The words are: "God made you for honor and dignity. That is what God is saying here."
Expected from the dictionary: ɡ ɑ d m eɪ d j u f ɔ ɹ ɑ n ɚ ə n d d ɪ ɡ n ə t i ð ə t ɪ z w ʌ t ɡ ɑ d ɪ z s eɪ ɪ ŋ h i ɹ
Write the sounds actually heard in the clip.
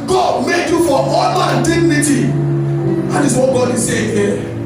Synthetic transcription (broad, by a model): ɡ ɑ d m eɪ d j u f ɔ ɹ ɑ l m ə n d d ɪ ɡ n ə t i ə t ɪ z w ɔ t ɡ ɑ d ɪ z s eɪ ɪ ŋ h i